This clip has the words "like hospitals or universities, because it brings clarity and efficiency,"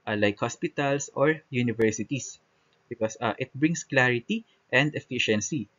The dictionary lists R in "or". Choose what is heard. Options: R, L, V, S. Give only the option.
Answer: R